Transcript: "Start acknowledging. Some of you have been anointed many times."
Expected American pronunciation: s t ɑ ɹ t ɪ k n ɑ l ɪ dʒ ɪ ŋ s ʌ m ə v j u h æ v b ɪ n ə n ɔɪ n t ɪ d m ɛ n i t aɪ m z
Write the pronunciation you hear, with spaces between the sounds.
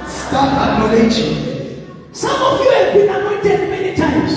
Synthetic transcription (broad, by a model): s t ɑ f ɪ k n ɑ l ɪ ʃ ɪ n s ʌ m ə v j u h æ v b ɪ n ə n ɔɪ n t ɪ d m ɛ n i t aɪ m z